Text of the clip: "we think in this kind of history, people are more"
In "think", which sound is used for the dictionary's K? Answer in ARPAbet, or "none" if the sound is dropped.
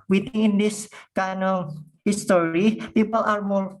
none